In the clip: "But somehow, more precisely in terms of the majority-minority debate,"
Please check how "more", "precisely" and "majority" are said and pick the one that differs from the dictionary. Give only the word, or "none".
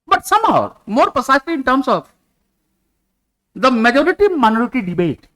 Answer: precisely